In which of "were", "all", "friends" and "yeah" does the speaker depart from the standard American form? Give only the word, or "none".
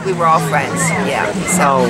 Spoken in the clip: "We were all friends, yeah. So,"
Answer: none